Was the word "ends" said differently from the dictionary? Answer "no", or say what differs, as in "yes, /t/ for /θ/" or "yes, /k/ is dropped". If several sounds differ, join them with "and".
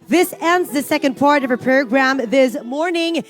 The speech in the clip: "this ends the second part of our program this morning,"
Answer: no